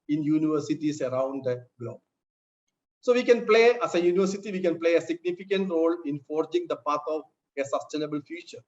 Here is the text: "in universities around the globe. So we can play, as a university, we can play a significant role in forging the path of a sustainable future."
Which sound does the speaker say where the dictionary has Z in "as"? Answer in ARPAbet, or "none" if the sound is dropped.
S